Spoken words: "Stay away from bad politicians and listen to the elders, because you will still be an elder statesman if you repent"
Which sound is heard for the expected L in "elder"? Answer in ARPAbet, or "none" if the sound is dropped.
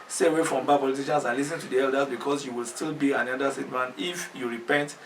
none